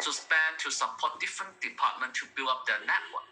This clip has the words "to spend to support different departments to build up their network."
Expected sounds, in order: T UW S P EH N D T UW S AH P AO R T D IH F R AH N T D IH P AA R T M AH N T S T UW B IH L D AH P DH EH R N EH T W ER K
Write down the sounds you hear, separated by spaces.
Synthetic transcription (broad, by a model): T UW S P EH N T UW S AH P AO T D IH F R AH N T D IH P AA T M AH N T T UW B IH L AH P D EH N EH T W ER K